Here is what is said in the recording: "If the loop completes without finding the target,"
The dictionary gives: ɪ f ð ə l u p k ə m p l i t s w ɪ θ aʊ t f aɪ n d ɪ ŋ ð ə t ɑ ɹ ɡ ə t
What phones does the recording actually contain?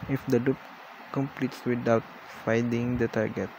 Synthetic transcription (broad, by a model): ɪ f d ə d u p k ə m p l i t s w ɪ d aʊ t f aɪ d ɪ ŋ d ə t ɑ ɹ ɡ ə t